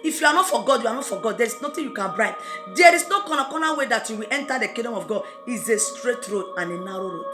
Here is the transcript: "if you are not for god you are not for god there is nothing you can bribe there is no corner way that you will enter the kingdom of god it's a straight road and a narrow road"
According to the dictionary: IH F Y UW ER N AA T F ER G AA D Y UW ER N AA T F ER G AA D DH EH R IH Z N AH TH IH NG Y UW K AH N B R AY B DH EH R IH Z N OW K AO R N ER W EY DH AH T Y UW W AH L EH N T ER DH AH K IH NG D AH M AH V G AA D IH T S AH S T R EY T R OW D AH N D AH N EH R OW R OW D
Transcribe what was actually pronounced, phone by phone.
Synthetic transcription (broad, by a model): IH F Y UW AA N AA T F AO G AA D Y UW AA N AA T F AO G AA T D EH R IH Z N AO T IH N Y UW K AH N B R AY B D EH R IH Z N OW K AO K N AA W EY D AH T Y UW W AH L EH N T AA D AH K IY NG D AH M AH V G AA D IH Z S AH S T R EY T R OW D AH N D AH N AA R OW R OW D